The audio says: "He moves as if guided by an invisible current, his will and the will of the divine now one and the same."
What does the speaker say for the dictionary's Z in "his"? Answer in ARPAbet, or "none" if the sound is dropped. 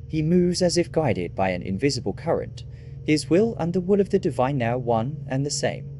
Z